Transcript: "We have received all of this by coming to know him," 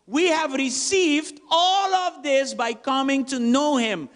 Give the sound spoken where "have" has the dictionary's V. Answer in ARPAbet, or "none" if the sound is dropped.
V